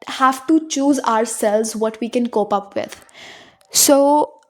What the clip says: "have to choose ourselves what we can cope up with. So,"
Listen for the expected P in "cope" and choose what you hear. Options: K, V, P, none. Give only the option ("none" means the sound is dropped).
P